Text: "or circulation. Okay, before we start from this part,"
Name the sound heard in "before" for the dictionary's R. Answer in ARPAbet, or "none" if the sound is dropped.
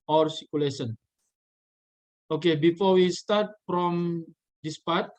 R